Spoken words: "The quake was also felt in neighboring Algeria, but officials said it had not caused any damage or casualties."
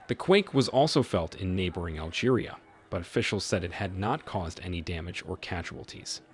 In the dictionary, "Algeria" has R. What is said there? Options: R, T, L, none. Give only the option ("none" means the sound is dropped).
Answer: R